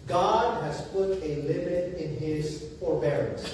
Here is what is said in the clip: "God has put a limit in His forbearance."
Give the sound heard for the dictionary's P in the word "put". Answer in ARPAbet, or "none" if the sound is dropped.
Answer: P